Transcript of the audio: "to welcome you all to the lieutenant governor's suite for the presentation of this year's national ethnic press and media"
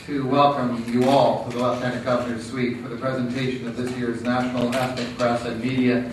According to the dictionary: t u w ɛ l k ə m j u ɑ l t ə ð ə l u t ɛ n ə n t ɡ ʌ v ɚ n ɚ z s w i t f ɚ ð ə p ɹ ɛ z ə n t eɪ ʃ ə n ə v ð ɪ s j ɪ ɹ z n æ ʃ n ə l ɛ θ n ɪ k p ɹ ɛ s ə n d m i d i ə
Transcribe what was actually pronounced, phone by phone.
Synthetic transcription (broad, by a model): t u w ɛ l k ə m j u ɑ l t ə ð ə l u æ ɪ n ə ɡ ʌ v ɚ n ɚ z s w i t f ɚ ð ə p ɹ ɛ z ə n t eɪ ʃ ə n ə v ð ɪ s j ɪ ɹ z n æ ʃ n l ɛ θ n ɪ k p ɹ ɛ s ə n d m i d i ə